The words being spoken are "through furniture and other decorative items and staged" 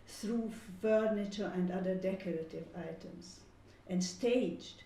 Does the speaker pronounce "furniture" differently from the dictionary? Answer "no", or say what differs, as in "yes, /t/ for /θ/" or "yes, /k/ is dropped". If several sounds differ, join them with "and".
no